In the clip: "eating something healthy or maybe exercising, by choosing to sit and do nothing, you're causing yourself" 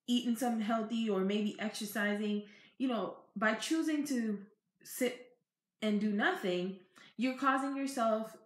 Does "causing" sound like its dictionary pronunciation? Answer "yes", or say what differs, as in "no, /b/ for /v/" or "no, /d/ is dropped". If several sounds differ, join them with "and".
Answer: yes